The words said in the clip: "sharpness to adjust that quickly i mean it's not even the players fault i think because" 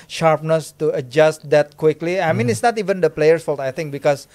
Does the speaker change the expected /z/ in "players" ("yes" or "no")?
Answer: yes